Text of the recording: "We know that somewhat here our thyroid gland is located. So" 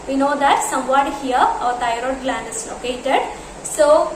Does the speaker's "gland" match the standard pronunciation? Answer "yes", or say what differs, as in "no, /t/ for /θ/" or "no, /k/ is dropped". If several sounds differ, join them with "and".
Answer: yes